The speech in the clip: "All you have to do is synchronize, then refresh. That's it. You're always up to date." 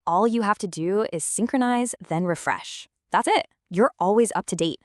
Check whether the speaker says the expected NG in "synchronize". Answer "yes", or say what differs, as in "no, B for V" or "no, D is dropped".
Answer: yes